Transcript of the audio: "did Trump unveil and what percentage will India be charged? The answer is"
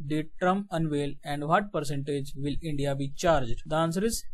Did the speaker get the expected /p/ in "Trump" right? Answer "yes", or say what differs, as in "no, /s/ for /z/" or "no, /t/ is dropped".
no, /p/ is dropped